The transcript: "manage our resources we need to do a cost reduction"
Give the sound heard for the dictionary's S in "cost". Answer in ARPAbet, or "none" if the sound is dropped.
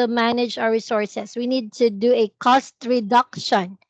S